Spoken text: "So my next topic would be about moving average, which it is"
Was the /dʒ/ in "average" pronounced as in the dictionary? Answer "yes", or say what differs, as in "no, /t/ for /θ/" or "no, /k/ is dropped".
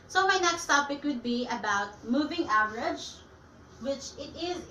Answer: yes